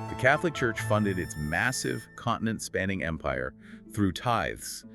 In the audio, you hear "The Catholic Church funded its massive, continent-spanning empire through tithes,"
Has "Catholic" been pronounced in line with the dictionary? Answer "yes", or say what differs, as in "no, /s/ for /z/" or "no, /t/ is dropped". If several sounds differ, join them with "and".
yes